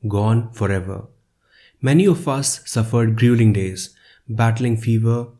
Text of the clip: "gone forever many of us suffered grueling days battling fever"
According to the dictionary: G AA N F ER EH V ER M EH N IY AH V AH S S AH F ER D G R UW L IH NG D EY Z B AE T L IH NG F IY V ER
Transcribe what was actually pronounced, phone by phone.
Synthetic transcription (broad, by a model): G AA N F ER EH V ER M EH N IY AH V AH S S AH F ER D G R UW L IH NG D EY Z B AE T L IH NG F IY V ER